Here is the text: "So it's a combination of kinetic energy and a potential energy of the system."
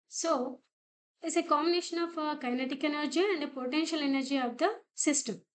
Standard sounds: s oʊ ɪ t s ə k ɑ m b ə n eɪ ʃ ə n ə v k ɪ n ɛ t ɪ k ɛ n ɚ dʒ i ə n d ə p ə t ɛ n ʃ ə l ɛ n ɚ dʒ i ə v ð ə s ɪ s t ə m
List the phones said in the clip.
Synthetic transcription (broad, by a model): s oʊ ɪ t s ə k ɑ m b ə n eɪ ʃ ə n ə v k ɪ n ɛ t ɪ k ɛ n ɚ dʒ i ə n d ə p ə t ɛ n ʃ ə l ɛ n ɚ dʒ i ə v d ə s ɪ s t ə m